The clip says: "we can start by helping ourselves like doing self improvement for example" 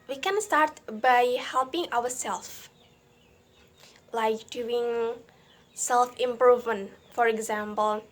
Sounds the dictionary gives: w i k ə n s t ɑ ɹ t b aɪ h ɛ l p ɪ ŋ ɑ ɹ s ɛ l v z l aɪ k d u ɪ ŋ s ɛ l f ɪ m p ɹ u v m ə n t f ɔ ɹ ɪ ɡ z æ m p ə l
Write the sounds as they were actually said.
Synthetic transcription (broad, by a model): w i k ə n s t ɑ ɹ t b aɪ h ɛ l p ɪ ŋ ɑ w s ɛ l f l aɪ k d u ɪ ŋ s ɛ l f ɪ m p ɹ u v m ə n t f ɔ ɹ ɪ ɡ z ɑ m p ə l